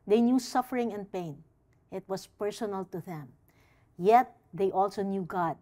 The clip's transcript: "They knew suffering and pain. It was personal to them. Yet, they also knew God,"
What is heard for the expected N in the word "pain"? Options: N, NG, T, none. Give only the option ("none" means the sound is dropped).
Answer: N